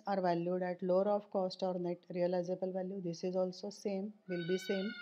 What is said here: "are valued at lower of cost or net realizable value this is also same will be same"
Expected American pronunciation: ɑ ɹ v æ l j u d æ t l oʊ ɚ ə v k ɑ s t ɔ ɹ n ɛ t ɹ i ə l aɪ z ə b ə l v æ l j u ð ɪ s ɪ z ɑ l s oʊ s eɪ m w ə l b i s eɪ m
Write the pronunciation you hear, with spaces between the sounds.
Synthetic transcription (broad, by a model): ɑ ɹ v æ l j u d æ t l oʊ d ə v k ɑ s t ɔ ɹ n ɛ t ɹ i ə l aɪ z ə b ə l v æ l j u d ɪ s ɪ z ɑ l s oʊ s eɪ m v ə l b i s eɪ m